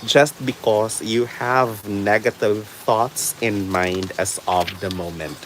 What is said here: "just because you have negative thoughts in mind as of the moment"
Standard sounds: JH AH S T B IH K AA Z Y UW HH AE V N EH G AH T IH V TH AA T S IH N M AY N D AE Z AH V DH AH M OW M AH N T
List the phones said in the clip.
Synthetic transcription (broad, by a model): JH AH S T B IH K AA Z Y UW HH AE V N EH G AH T IH V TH AA T S IH N M AY N D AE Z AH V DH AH M OW M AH N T